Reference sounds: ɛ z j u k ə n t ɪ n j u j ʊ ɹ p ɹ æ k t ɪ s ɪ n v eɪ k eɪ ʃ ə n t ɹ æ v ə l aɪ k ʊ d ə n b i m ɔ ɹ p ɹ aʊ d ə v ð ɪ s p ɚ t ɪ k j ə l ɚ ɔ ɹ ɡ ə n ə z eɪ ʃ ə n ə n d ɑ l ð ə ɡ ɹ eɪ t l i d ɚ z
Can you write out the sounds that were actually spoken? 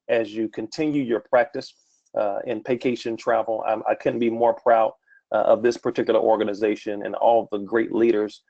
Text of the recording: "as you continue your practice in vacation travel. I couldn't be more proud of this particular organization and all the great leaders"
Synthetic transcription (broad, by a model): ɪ z j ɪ k ə n t ɪ n j u j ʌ ɹ p ɹ æ k t ɪ s ɪ n p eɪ k eɪ ʃ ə n t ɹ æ v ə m aɪ k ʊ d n b i m ɔ ɹ p ɹ aʊ d ə v ð ɪ s p ɚ t ɪ k j l ɚ ɔ ɹ ɡ ə n ə z eɪ ʃ ə n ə n ɑ l ð ə ɡ ɹ eɪ t l i d ɚ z